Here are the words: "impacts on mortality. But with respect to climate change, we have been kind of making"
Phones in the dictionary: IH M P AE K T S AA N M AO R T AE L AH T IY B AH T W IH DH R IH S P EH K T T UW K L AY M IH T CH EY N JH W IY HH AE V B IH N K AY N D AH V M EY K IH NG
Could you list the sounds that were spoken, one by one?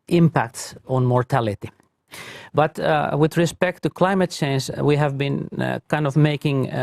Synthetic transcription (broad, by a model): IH M P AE K T S AA N M AO R T AE L AH T IY B AH T W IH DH R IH S P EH K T T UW K L AY M IH T CH EY N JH W IY HH AE V B IH N K AY N D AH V M EY K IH NG